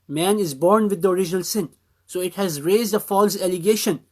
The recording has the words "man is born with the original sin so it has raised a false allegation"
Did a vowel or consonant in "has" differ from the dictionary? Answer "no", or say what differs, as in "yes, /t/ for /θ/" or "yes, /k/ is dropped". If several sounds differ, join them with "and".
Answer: no